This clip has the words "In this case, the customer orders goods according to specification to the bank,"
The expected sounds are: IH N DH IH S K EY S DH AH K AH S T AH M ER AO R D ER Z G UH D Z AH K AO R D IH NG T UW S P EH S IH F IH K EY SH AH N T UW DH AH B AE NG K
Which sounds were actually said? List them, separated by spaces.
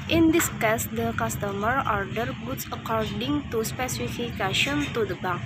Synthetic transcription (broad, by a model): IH N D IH S K EY S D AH K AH S T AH M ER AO R D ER G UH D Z AH K AO R D IH NG T UW S P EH S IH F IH K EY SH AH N T UW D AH B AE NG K